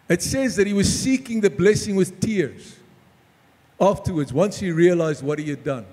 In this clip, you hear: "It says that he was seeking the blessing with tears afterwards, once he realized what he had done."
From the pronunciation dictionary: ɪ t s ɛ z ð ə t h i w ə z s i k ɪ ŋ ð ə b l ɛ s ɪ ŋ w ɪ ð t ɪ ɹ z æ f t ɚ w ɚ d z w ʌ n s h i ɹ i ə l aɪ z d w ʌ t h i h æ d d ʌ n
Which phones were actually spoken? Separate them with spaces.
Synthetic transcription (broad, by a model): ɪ t s ɛ z ð ə t h i w ə z s i k ɪ ŋ ð ə b l ɛ s ɪ ŋ w ɪ ð t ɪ ɹ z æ f t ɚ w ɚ d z w ʌ n s h i ɹ i ə l aɪ z d w ʌ t h i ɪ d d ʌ n